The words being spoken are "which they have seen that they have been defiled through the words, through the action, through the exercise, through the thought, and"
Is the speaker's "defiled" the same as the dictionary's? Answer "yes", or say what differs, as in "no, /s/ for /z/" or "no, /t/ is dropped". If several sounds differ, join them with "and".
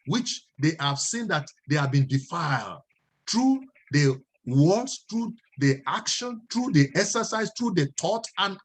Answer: yes